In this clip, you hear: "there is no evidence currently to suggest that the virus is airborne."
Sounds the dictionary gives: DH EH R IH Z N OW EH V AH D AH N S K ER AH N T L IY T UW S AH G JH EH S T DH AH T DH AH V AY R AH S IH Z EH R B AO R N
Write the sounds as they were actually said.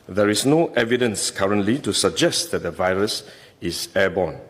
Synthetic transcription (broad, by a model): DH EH R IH S N OW EH V AH D AH N S K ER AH N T L IY T UW S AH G JH EH S T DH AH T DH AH V AY R AH S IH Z EH B AO N